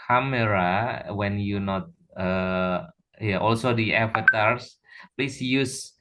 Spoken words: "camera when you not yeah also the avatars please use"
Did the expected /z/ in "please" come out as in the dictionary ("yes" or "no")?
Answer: no